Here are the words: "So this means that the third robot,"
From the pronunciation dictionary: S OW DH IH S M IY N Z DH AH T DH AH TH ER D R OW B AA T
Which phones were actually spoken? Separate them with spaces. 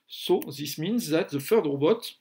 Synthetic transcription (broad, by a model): S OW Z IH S M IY N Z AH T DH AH F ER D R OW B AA T